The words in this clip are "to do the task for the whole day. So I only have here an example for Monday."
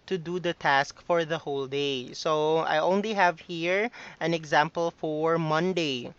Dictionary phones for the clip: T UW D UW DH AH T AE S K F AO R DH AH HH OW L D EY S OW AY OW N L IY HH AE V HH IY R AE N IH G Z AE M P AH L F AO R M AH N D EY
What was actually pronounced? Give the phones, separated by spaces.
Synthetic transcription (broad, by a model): T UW D UW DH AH T AE S K F AO R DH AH HH OW L D EY S OW AY OW N L IY HH AE V HH IY R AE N IH G Z AE M P AH L F AO R M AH N D EY